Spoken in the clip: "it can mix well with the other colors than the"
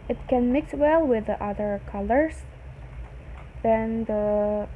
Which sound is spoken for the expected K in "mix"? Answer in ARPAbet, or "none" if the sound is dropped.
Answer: K